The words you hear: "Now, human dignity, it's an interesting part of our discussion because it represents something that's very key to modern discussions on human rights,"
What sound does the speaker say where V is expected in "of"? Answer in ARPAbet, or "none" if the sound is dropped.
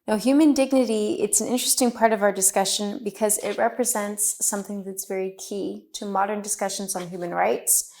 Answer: V